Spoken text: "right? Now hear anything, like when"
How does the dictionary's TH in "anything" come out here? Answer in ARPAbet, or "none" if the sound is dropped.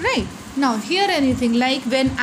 T